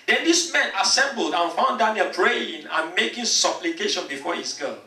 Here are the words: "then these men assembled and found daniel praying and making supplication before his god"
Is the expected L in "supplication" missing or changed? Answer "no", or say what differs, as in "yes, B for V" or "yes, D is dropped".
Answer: no